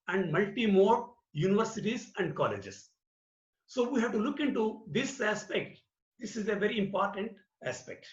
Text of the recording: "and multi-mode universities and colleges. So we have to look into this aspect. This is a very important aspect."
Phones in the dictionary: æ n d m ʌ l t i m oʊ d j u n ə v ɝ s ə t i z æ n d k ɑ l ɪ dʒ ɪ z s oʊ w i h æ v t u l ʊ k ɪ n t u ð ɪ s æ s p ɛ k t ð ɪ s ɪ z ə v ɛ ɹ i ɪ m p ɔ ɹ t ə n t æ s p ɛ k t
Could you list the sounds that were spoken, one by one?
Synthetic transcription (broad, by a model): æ n d m ʌ l t i m oʊ d j u n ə v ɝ s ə t i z æ n d k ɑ l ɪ dʒ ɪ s s oʊ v i h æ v t u l ʊ k ɪ n t u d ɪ s æ s p ɛ k t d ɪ s ɪ z ə v ɛ ɹ i ɪ m p ɔ ɹ t ə n t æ s p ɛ k t